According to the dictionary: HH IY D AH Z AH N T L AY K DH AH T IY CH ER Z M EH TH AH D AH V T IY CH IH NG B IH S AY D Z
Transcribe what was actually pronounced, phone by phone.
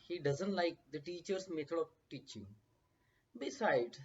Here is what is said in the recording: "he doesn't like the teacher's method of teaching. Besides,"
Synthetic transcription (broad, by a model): HH IY D AH Z AH N T L AY K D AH T IY CH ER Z M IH T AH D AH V T IY CH IH NG B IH S AY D